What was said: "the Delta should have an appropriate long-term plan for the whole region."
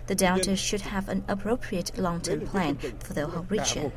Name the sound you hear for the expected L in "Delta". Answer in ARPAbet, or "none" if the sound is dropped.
N